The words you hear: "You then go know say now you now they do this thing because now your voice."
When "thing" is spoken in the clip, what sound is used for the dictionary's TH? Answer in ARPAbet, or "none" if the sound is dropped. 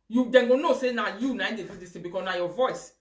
T